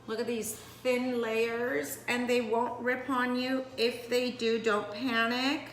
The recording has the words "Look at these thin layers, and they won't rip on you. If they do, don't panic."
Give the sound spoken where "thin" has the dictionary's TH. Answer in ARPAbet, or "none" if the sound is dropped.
TH